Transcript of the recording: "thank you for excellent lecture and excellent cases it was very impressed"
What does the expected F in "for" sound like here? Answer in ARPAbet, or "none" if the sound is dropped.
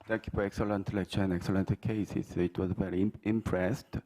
P